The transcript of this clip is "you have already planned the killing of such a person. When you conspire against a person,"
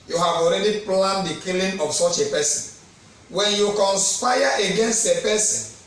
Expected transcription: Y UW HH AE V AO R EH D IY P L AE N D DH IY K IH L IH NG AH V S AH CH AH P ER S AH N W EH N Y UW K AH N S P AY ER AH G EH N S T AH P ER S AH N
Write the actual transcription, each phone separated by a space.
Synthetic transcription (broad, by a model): Y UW HH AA V AO R EH D IY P L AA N D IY K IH L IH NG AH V S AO CH AH P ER S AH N W EH N Y UW K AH N S P AY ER AH G EH N S T AH P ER S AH N